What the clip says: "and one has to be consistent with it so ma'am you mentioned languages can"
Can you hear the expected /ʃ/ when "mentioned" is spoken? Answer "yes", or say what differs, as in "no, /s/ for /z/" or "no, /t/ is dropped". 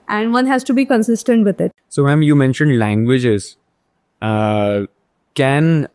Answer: yes